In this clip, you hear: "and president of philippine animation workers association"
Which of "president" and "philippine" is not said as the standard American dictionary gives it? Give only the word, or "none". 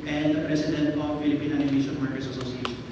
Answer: president